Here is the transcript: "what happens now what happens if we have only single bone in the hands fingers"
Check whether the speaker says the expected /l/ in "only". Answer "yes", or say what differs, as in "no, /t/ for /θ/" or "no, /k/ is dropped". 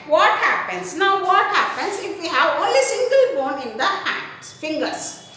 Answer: yes